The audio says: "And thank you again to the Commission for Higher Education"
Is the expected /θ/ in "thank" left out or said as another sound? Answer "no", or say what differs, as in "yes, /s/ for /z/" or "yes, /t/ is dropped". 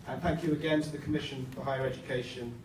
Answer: no